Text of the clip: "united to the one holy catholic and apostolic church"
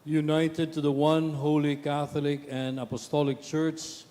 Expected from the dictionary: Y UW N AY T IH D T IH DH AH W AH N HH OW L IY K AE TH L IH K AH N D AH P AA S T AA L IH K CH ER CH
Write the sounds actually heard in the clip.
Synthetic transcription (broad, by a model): Y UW N AY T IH D T IH DH AH W AH N HH OW L IY K AE TH L IH K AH N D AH P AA S T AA L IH K CH ER CH